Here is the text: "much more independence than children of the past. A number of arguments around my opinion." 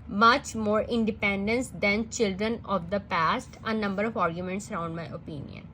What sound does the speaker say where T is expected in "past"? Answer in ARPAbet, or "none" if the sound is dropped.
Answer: T